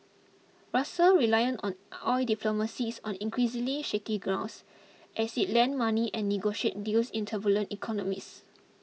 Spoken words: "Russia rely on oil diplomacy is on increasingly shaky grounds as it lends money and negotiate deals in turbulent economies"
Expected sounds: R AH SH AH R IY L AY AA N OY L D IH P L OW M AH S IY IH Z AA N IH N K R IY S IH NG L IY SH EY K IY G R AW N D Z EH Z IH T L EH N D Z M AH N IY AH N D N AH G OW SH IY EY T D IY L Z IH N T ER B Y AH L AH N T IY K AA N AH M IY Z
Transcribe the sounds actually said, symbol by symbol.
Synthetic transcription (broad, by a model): R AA S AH R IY L AY AA N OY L D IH P L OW M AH S IY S AA N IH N K R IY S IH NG L IY SH EY K IY G R AW N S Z EH S IH T L EH N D M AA N IY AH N N AH G OW SH IY EY T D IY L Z IH N T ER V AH L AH N T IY K AA N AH M IY S